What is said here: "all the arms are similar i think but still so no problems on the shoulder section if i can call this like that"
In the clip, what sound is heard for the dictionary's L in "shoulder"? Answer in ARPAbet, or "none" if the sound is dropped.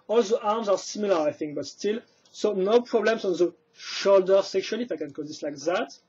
L